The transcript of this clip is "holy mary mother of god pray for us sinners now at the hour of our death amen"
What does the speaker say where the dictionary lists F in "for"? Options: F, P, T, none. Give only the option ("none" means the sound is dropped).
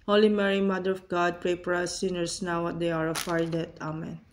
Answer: P